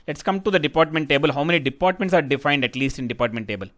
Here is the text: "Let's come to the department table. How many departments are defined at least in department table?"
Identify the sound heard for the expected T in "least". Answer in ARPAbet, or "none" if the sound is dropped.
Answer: T